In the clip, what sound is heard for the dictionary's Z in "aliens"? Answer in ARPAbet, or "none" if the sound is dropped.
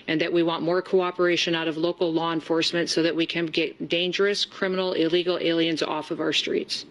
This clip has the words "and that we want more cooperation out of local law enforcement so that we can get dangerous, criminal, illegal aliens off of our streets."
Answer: Z